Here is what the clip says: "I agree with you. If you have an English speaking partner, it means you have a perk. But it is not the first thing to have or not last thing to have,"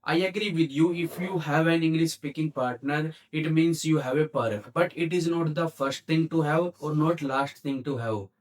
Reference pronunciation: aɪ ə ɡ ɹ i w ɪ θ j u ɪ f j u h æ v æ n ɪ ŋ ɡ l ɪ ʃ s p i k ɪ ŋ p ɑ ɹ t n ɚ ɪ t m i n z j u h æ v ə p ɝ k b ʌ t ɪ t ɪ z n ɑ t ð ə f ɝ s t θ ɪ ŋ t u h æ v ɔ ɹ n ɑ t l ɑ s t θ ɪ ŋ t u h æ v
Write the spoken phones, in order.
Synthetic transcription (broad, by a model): aɪ ə ɡ ɹ i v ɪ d j u ɪ f j u h æ v æ n ɪ ŋ ɡ l ɪ ʃ s p i k ɪ ŋ p ɑ ɹ t n ɚ ɪ t m i n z j u h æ v ə p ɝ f b ʌ t ɪ t ɪ z n ɑ t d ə f ɝ s t t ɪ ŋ t u h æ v ɔ ɹ n ɑ t l ɑ s t t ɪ ŋ t u h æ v